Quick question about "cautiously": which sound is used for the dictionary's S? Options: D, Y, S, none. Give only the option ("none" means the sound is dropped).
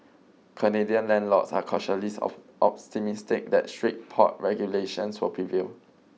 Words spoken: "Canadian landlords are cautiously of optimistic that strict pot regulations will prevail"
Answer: none